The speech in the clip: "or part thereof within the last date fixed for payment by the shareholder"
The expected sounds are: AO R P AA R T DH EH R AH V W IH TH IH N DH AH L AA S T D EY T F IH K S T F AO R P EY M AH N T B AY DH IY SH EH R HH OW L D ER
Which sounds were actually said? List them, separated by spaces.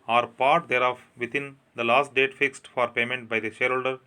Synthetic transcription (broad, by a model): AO R P AA R T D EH R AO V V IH T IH N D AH L AA S T D EY T F IH K S T F AO R P EY M AH N T B AY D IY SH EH R HH OW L D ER